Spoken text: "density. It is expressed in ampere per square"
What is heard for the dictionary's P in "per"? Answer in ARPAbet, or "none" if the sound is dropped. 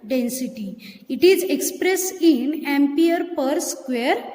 P